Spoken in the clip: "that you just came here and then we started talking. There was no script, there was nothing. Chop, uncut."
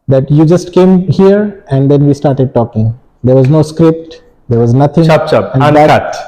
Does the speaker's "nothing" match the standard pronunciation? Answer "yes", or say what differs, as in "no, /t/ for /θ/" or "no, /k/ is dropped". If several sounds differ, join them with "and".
no, /t/ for /θ/